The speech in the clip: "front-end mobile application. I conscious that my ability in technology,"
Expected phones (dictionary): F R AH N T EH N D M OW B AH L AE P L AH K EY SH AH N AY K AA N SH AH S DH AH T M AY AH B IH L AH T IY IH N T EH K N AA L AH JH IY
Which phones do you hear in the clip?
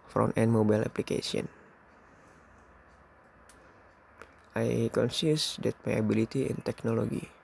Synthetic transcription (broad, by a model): F R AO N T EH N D M OW B AH L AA P L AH K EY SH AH N AY K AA N S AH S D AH T M AY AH B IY L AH T IY IH N T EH K N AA L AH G IY